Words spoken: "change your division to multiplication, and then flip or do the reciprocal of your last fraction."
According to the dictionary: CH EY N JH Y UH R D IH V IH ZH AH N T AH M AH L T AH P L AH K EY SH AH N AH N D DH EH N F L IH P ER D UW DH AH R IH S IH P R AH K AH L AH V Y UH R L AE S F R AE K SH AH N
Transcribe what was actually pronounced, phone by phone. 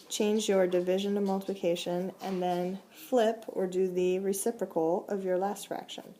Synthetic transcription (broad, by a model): CH EY N JH Y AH R D IH V IH ZH AH N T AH M AH L T AH P L AH K EY SH AH N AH N DH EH N F L IH P ER D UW DH AH R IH S IH P R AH K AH L AH V Y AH R L AE S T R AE K SH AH N